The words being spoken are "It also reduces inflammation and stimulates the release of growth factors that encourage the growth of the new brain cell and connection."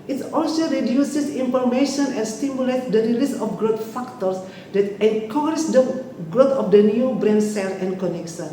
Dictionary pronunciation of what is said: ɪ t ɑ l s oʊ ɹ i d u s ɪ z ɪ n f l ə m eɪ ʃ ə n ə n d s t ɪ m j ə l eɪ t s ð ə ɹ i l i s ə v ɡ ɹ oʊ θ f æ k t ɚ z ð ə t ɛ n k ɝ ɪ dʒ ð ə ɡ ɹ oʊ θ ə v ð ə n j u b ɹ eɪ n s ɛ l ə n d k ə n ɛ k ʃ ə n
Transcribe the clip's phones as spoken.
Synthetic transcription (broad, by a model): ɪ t ɑ l s oʊ ɹ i d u s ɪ s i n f ə m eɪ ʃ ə n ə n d s t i m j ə l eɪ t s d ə ɹ i l i s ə f ɡ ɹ oʊ t f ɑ k t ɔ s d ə t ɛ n k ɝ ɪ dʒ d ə ɡ ɹ oʊ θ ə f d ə n j u b ɹ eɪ n s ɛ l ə n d k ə n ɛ k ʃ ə n